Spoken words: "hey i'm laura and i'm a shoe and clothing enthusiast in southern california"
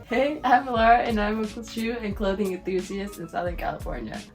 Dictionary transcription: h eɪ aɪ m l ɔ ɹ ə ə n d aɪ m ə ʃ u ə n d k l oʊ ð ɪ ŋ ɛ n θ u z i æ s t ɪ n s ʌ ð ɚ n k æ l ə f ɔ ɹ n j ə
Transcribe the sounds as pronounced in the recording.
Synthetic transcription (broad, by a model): h eɪ aɪ m l ɔ ɹ ə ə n aɪ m ə s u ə n k l oʊ ð ɪ ŋ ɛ n θ u z i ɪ s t ɪ n s ʌ ð ɚ n k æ l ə f ɔ ɹ n j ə